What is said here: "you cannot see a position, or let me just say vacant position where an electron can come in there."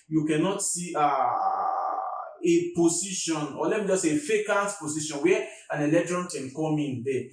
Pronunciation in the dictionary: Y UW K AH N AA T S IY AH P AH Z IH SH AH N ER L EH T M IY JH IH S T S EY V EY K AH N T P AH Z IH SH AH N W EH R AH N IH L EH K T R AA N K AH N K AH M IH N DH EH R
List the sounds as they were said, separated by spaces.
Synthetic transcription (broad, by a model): Y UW K AH N AA T S IY AH P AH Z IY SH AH N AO L EH T M IY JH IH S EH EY F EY K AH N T P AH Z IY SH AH N W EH AH N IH L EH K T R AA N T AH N K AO M IH N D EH